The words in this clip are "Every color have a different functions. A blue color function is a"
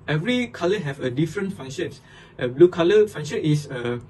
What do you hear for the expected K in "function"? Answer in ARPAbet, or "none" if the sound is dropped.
none